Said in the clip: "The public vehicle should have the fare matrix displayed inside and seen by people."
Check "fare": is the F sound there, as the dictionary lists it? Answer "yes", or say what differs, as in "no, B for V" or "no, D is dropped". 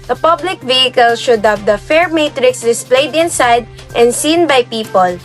yes